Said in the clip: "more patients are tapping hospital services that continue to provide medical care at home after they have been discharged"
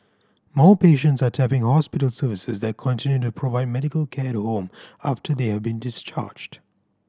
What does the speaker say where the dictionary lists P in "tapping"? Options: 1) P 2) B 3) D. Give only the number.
1